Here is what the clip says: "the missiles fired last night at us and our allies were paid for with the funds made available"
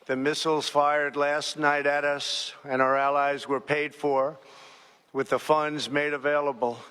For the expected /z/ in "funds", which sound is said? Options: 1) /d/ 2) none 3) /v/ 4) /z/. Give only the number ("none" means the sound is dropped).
4